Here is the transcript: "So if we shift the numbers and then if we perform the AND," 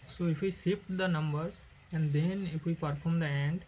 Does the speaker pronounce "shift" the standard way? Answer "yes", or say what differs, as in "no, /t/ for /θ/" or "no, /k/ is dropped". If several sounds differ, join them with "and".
no, /s/ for /ʃ/ and /p/ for /f/